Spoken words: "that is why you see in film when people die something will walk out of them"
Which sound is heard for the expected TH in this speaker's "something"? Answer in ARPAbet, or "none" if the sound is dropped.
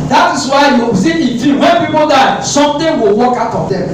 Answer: T